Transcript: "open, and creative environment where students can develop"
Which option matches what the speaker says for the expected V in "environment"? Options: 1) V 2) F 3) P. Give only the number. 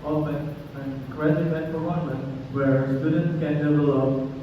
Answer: 2